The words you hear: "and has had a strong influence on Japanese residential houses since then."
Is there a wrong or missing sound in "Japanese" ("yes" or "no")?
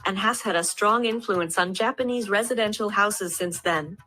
no